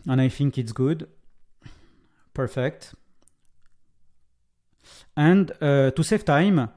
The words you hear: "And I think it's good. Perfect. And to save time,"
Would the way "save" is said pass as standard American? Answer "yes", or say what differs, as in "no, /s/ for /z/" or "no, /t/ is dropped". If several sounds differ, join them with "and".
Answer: no, /f/ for /v/